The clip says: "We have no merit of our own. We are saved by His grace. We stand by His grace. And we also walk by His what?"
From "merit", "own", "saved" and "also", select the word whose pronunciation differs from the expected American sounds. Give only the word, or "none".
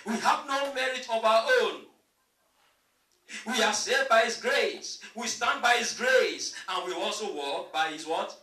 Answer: saved